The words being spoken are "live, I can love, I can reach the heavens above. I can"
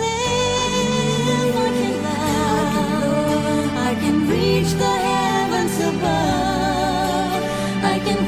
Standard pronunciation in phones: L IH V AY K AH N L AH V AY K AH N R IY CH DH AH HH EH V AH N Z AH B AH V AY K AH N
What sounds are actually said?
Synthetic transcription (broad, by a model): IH AY K AH N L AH AY K AH N R IY CH DH AH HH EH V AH N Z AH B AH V AY K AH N